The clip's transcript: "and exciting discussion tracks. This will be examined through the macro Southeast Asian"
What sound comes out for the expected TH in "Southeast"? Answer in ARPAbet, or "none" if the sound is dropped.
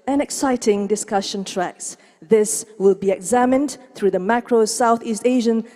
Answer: TH